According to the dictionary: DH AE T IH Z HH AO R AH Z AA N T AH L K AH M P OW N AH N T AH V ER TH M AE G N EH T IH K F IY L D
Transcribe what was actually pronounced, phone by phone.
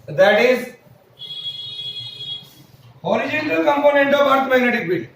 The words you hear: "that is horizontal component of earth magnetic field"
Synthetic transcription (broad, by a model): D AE T IH Z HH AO R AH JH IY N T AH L K AH M P OW N AH N T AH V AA T M AE G N EH T IH K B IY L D